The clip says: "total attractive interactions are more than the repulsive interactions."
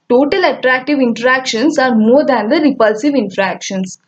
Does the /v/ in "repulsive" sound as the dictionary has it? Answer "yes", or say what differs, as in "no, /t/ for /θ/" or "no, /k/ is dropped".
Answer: yes